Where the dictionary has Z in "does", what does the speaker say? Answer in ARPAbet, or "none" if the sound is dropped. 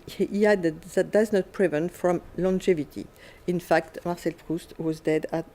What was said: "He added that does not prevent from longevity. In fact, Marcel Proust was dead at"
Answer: Z